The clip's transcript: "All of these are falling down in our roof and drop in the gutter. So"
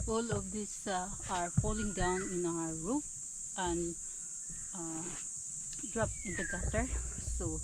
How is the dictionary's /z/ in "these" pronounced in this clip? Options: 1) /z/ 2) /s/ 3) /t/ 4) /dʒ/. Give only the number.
2